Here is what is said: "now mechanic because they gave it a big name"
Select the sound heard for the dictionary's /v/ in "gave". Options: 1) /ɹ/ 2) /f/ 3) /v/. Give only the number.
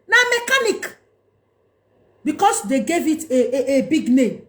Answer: 3